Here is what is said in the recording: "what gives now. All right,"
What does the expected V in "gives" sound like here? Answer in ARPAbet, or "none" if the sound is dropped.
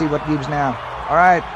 B